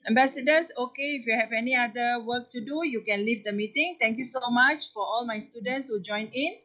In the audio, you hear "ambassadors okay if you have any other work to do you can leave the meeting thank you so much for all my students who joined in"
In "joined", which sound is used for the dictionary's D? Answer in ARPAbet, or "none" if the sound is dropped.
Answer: none